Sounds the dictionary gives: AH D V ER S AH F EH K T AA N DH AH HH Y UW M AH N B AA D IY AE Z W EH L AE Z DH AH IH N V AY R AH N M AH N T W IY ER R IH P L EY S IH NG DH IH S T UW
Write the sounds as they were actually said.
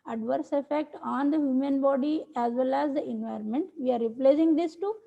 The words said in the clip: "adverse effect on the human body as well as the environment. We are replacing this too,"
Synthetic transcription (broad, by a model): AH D V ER S AH F EH K T AA N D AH HH Y UW M AH N B AA D IY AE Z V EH L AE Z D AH IH N V AY R AH N M AH N T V IY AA R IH P L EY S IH NG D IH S T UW